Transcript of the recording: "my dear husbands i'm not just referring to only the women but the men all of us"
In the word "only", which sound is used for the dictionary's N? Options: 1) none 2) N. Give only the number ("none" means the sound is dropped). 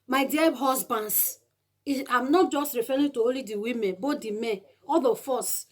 1